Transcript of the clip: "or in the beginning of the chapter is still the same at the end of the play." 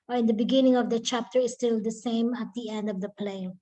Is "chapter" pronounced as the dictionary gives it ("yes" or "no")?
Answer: yes